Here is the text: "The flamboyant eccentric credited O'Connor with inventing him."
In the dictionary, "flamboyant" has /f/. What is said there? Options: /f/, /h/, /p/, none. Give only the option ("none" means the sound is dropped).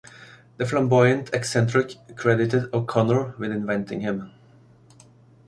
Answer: /f/